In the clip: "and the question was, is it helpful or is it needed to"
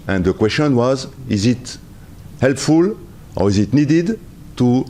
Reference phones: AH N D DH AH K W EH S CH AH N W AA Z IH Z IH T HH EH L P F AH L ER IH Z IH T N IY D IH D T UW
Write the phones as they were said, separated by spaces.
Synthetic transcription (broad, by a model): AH N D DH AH K W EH S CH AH N W AA Z IH Z IH T HH EH L P F AH L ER IH Z IH T N IY D IH D T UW